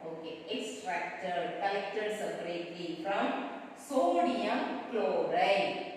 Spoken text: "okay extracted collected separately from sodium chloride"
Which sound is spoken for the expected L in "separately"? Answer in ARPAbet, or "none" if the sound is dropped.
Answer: none